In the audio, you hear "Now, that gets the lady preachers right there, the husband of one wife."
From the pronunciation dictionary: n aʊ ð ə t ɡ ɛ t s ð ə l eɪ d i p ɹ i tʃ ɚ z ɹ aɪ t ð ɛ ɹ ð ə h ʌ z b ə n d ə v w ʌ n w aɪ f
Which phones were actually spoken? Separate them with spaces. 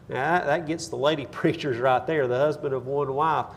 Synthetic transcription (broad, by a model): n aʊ ð ə t ɡ ɛ t s ð ə l eɪ d i p ɹ i tʃ ɚ z ɹ aɪ t ð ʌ ɹ ð ə h ʌ z b ə n d ə v w ʌ n w aɪ f